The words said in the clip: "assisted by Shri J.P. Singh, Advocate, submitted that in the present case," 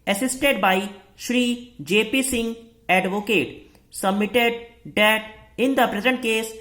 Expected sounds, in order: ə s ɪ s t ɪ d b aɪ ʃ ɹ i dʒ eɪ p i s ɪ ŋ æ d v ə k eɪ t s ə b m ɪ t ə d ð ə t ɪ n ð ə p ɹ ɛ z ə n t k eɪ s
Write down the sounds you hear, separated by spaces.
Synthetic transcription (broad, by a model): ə s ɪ s t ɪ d b aɪ ʃ ɹ i dʒ eɪ p i s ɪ ŋ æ d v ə k eɪ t s ə b m ɪ t ə d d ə t ɪ n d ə p ɹ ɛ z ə n t k eɪ s